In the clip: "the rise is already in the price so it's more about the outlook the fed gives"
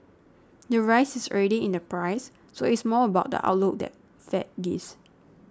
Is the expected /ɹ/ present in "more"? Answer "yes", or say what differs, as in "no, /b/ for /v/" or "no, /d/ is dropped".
no, /l/ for /ɹ/